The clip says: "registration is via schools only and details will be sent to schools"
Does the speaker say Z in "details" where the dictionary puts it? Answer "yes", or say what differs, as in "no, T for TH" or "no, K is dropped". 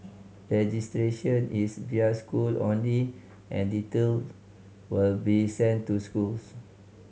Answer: no, Z is dropped